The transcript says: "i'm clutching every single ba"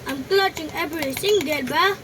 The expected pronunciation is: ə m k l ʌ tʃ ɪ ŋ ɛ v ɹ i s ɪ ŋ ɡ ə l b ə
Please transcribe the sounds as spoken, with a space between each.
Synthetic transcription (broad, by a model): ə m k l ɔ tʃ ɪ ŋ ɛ b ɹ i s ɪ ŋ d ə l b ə